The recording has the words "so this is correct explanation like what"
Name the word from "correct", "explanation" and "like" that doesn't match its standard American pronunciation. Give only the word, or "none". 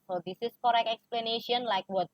correct